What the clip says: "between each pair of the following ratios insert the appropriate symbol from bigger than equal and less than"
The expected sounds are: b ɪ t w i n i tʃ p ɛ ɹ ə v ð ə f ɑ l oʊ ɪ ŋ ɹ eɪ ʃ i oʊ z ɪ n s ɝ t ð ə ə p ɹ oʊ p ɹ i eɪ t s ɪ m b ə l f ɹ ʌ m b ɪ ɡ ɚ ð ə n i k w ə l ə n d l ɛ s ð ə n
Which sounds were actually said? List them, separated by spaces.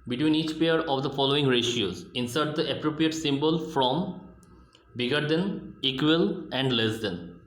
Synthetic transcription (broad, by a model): b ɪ t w i n i tʃ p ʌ ɹ ə v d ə f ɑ l oʊ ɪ ŋ ɹ eɪ ʃ i oʊ z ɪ n s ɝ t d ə ə p ɹ oʊ p ɹ i eɪ t s ɪ m b ə l f ɹ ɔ m b ɪ ɡ ɚ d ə n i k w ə l ə n d l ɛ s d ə n